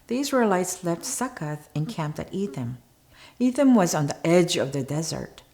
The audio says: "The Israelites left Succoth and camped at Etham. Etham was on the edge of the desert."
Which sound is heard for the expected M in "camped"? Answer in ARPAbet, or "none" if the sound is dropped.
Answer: M